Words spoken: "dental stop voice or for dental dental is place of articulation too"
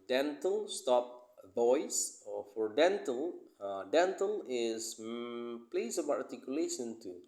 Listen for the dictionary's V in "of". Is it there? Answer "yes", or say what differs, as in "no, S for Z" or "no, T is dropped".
no, B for V